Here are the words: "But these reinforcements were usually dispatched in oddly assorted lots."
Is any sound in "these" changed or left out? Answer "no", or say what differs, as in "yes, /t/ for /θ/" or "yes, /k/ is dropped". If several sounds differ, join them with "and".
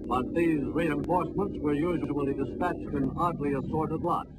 no